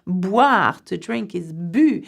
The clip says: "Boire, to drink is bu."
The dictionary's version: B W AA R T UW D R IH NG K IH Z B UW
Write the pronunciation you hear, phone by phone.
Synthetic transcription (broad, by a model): B W AA R T UW D R IH NG K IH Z B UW